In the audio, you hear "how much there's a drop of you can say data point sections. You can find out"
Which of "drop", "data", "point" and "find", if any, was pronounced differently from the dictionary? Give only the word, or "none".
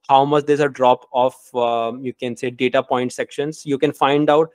none